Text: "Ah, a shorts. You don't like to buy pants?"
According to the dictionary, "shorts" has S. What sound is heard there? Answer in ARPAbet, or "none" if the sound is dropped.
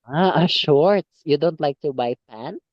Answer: none